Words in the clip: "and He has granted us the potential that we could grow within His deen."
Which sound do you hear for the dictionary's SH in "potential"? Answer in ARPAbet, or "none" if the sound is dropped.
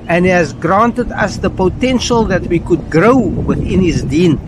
SH